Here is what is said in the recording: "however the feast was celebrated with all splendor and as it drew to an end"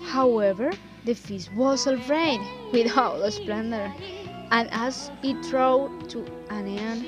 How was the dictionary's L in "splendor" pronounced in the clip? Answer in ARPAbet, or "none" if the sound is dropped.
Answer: L